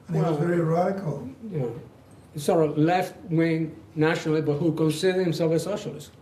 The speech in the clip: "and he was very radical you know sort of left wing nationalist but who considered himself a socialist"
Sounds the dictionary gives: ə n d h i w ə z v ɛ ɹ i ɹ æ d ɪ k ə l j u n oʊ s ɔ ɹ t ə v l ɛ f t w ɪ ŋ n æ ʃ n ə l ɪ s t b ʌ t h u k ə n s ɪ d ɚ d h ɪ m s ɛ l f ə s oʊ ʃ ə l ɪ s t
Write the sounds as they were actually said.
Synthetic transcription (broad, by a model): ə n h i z v ɛ ɹ i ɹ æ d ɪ k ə l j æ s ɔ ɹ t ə l ɛ f t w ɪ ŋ n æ ʃ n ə l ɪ b ʌ t h u k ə n s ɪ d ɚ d h ɪ m s ɛ l f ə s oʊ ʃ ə l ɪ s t